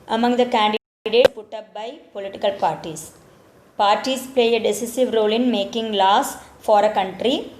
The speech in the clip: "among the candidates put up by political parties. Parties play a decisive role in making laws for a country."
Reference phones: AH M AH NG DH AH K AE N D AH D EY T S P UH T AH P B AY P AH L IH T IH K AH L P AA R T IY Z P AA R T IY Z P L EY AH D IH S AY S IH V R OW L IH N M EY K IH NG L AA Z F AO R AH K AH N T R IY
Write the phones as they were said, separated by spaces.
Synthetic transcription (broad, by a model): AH M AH NG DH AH K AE N D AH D EY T P UH T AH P B AY P AH L IH T IH K AH L P AA R T IY S P AA R T IY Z P L EY AH D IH S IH S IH V R OW L IH N M EY K IH NG L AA S F AO R AH K AH N T R IY